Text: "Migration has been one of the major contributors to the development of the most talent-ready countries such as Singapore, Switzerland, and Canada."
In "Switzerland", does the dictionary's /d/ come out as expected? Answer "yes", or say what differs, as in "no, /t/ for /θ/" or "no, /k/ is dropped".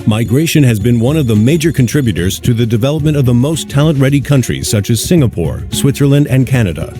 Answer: yes